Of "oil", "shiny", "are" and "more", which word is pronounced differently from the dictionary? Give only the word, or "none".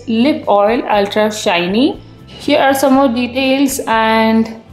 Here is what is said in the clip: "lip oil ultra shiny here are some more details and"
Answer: none